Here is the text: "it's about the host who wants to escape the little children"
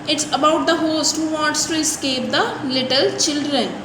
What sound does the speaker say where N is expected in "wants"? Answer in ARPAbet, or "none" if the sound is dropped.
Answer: none